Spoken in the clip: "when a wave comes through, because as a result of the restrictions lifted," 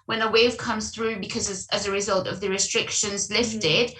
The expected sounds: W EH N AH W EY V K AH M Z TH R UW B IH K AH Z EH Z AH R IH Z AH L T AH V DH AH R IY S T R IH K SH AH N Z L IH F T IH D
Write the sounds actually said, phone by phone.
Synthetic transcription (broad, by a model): W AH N AH W EY V K AH M Z TH R UW B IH K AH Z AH Z AH R IH Z AH L T AH V DH AH R IY S T R IH K SH AH N Z L IH F T IH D